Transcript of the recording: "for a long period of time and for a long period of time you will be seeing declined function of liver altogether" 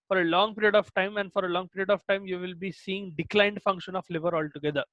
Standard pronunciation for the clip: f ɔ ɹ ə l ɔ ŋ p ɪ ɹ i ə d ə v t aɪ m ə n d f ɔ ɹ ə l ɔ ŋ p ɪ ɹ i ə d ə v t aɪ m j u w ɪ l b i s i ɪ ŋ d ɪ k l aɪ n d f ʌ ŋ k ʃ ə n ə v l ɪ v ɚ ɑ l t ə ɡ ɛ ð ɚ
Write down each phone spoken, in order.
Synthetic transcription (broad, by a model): f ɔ ɹ ə l ɔ ŋ p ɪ ɹ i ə d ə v t aɪ m ə n d f ɔ ɹ ə l ɔ ŋ p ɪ ɹ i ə d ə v t aɪ m j u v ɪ l b i s i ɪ ŋ d ɪ k l aɪ n d f ʌ ŋ k ʃ ə n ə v l ɪ v ɚ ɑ l t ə ɡ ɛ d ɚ